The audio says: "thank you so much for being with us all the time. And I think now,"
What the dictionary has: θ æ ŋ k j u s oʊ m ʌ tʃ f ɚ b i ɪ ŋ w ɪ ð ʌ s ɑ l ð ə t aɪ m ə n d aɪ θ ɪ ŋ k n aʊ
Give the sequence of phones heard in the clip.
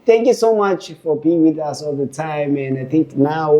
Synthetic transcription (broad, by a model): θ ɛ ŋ k j u s oʊ m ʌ tʃ f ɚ b i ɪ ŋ w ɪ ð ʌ s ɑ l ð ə t aɪ m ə n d aɪ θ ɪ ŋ k n aʊ